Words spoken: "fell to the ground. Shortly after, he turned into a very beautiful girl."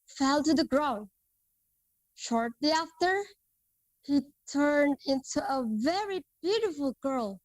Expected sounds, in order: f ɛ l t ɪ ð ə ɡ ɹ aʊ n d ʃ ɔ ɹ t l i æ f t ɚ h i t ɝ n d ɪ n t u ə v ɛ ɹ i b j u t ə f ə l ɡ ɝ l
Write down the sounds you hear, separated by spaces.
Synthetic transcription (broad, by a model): f ɛ l t ɪ ð ə ɡ ɹ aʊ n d ʃ ɔ ɹ t l i æ f t ɚ h i t ɝ n d ɪ n t u ə v ɛ ɹ i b j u t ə f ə l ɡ ɝ l